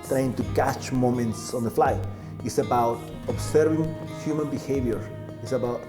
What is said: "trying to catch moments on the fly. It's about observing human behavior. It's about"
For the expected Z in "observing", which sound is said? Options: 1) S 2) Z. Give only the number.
1